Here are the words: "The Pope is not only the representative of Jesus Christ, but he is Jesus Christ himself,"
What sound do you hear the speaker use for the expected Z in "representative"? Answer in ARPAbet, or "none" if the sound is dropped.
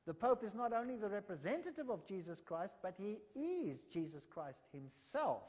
Z